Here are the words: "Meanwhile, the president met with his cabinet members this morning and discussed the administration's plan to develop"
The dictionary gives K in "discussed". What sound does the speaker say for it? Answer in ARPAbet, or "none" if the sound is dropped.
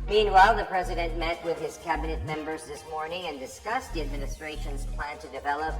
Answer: K